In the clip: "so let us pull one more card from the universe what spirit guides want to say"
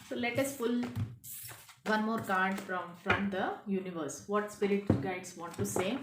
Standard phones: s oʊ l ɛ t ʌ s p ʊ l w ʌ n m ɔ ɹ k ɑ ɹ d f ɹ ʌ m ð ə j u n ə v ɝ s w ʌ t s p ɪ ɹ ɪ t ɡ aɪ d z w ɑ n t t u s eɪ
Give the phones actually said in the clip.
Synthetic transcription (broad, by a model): s oʊ l ɛ t ʌ s f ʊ l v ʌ n m ɔ ɹ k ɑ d d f ɹ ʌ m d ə j u n ə v ɝ s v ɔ t s p ɪ ɹ ɪ t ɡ aɪ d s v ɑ n t t u s eɪ